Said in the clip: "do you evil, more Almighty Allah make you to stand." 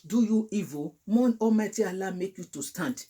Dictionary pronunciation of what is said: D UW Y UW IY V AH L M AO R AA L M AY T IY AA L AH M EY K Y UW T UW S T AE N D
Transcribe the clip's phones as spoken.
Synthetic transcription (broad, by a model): D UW Y UW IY V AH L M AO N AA M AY T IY AA L AH M EY K Y UW T UW S T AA N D